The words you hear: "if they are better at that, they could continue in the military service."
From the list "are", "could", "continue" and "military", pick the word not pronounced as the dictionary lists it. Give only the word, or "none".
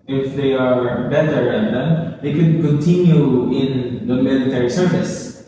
none